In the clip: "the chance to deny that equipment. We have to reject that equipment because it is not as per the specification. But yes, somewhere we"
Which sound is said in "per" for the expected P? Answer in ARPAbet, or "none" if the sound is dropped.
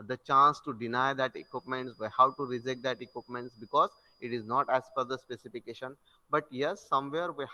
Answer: F